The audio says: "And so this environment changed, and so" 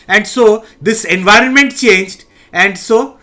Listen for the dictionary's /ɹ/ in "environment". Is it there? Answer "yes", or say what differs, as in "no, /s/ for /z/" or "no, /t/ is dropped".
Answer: yes